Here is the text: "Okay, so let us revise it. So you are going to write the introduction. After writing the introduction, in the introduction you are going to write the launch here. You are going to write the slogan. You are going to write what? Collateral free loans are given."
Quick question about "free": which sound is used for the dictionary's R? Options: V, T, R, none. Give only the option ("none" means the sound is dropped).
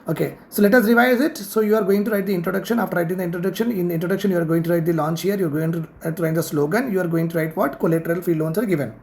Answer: none